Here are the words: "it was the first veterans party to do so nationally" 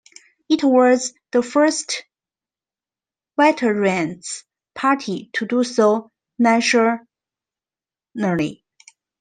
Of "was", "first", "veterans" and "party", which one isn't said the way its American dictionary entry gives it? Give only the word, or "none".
veterans